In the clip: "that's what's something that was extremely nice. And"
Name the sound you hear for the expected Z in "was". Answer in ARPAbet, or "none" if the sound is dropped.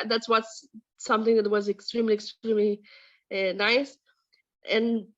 Z